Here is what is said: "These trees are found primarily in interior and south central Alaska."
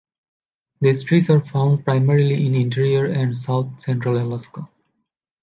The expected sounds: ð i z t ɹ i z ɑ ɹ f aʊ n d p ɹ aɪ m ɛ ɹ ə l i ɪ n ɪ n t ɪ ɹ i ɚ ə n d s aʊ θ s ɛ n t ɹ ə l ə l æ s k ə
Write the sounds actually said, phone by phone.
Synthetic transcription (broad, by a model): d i s t ɹ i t ɑ ɹ f aʊ n d p ɹ aɪ m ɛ ɹ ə l i ɪ n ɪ n t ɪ ɹ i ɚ ə n d s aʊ t s ɛ n t ɹ ə l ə l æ s k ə